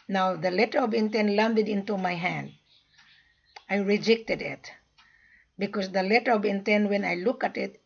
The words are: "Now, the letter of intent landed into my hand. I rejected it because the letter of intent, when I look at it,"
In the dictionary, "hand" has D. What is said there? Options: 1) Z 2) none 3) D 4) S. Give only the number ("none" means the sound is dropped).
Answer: 3